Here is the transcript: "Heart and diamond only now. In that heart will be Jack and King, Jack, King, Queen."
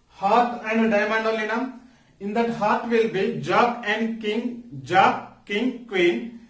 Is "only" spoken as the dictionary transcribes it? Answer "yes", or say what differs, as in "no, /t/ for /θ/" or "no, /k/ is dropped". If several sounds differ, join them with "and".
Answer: no, /n/ is dropped